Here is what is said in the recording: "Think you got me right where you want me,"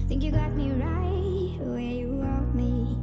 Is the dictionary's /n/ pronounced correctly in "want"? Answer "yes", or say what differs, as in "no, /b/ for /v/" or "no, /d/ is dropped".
no, /n/ is dropped